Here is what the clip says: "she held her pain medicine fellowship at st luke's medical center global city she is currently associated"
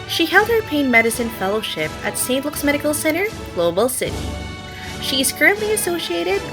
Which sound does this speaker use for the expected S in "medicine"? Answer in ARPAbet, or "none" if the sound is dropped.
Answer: S